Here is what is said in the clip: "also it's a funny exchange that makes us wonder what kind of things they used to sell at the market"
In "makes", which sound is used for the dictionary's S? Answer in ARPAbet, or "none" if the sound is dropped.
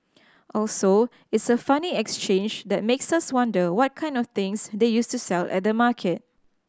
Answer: S